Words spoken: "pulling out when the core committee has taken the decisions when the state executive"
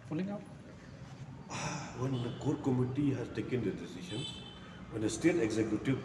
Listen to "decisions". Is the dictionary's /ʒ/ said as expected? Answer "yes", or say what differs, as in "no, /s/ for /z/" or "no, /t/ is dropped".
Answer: no, /ʃ/ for /ʒ/